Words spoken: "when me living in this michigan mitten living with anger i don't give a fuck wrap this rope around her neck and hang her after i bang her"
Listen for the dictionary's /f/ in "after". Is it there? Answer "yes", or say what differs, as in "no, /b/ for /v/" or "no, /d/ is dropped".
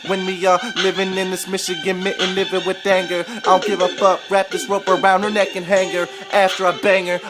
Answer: yes